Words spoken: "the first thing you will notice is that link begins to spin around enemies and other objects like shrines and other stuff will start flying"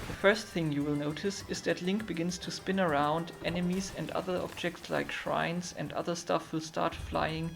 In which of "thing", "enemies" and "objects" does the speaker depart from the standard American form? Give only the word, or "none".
none